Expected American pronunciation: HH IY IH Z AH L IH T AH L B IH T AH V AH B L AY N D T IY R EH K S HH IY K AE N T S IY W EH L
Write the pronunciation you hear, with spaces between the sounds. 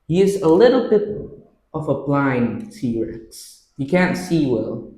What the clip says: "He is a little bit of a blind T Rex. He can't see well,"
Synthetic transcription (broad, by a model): HH IY IH Z AH L IH T L B IH T AH V AH B L AY N D S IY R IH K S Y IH K AE N T S IY W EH L